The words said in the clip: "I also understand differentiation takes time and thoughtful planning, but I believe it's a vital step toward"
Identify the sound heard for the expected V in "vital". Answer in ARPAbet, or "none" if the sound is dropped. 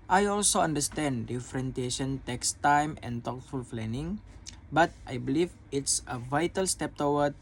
V